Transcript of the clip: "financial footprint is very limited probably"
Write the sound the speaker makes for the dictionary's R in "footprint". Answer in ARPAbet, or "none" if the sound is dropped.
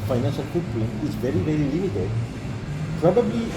L